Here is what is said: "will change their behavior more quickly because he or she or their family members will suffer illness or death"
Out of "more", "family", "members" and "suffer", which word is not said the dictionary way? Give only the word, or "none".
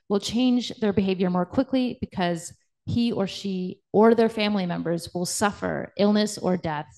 none